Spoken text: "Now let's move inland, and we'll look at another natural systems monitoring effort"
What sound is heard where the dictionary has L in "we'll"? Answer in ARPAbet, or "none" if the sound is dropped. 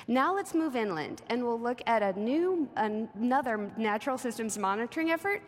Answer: L